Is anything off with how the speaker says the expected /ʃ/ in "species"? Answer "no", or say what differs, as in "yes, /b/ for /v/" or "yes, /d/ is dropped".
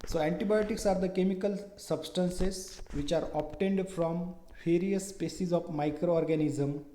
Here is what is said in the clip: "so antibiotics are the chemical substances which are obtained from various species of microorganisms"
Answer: yes, /s/ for /ʃ/